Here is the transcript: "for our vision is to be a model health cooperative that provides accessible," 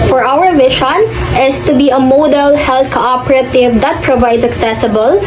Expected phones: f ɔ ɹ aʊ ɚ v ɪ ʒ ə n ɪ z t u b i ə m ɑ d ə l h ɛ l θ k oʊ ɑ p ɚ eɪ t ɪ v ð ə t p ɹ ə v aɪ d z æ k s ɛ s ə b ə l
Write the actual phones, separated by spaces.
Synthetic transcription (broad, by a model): f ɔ ɹ aʊ ɚ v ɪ ʃ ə n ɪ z t u b i ə m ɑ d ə l h ɛ l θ k oʊ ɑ p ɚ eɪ t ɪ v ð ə t p ɹ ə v aɪ d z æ k s ɛ s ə b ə l